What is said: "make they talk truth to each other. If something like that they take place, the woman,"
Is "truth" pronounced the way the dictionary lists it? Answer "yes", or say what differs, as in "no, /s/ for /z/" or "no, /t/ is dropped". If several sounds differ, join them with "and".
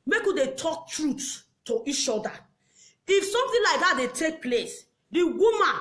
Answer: no, /s/ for /θ/